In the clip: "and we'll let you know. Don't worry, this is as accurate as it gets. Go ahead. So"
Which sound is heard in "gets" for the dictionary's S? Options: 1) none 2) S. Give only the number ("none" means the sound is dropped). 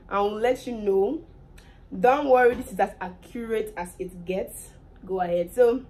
2